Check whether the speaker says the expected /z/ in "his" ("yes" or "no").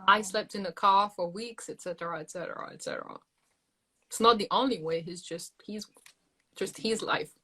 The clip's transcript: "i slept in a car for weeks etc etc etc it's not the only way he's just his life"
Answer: yes